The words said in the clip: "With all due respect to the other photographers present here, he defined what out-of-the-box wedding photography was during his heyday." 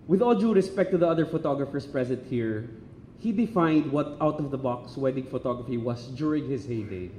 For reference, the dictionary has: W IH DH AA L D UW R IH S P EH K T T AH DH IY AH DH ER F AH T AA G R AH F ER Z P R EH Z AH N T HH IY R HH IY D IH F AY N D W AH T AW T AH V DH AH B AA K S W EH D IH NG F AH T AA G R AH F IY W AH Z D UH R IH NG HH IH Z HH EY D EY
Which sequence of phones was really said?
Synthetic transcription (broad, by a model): W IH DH AA L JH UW R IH S P EH K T T AH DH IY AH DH ER F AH T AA G R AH F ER S P R EH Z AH N T HH IY R HH IY D IH F AY N D W AH T AW T AH V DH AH B AA K S W EH D IH NG F AH T AA G R AH F IY W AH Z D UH R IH NG HH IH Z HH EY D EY